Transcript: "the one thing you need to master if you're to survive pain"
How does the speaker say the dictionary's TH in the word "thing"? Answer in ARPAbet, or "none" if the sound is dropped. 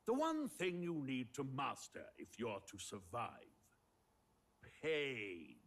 TH